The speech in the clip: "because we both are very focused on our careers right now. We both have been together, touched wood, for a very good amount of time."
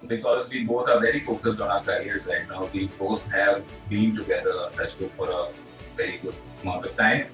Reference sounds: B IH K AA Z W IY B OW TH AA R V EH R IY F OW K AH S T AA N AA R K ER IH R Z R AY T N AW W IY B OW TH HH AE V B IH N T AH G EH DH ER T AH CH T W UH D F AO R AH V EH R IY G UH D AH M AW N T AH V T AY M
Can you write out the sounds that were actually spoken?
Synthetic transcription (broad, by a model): B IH K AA Z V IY B OW T AA R V EH R IY F OW K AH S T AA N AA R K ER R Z L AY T N AW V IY B OW T HH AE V B IH N T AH G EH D ER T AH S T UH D F AO R AH V EH R IY G UH D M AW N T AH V T AY M